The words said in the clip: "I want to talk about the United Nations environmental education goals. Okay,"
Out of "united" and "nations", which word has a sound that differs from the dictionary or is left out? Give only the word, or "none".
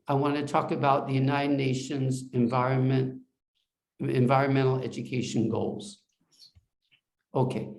none